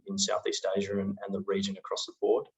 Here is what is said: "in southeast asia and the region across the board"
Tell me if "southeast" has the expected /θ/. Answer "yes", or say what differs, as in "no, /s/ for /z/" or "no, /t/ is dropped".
yes